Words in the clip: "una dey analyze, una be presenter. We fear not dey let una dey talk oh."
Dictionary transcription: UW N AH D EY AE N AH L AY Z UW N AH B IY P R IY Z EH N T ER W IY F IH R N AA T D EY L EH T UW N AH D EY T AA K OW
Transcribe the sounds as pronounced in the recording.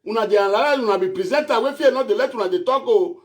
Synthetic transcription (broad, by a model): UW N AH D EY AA L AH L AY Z UW N AH B IY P R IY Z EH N T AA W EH F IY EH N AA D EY L EH T UW N AH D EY T AA K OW